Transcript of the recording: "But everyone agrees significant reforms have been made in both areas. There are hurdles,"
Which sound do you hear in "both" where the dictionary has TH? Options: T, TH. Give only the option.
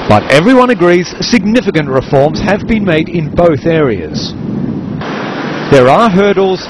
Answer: TH